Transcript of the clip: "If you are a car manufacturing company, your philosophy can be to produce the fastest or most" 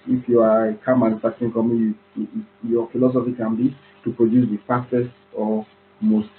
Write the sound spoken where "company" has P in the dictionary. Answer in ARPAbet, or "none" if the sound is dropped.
none